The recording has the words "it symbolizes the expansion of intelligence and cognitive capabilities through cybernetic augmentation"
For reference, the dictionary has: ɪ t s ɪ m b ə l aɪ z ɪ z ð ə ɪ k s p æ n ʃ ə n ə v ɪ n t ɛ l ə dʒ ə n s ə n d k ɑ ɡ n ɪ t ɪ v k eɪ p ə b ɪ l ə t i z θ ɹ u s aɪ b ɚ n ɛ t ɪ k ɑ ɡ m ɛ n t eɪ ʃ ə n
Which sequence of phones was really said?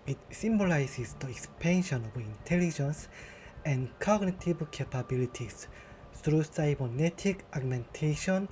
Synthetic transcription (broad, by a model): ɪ t s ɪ m b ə l aɪ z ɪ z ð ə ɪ k s p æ n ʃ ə n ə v ɪ n t ɛ l ə dʒ ə n s ə n d k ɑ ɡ n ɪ t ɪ b k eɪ p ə b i l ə t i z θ ɹ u s aɪ b ɚ n ɛ t ɪ k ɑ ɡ m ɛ n t eɪ ʃ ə n